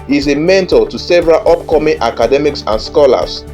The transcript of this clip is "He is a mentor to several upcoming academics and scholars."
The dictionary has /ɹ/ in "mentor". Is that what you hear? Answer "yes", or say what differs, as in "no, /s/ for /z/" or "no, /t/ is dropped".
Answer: no, /l/ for /ɹ/